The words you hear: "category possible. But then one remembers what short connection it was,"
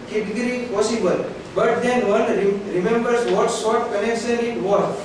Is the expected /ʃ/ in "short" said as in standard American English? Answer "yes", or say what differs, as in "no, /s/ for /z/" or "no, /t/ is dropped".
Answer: no, /s/ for /ʃ/